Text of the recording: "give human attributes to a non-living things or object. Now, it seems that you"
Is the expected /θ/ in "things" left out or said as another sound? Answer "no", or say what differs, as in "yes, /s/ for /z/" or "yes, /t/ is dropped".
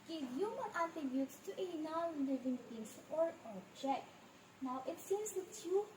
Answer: yes, /t/ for /θ/